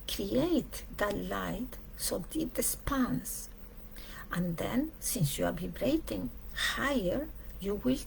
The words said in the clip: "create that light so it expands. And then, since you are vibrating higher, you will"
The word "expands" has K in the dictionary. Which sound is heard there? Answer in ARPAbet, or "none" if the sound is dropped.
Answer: none